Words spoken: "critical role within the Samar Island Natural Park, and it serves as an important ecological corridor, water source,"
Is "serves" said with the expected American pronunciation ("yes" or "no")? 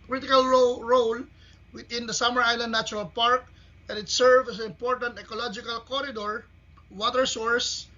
no